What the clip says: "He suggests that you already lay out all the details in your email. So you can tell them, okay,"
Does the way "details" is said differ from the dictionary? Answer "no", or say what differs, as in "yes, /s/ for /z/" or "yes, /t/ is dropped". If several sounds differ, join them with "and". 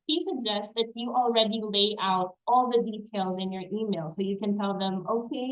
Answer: no